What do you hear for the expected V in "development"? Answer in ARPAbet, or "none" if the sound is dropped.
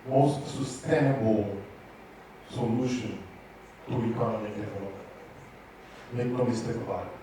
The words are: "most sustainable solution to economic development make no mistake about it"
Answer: none